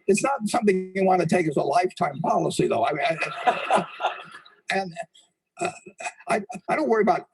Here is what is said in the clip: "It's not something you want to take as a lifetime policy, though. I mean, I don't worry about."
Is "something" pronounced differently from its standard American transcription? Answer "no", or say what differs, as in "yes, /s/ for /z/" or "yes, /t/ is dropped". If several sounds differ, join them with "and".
no